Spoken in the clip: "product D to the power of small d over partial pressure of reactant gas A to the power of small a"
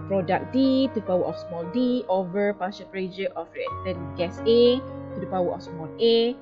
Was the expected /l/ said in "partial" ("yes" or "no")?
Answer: no